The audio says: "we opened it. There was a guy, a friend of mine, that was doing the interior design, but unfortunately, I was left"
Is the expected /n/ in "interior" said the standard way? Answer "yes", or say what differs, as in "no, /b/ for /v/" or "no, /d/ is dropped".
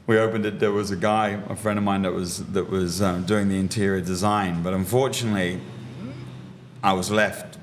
yes